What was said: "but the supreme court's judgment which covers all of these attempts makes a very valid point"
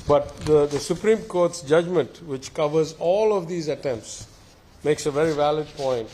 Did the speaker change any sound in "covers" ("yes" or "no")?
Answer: no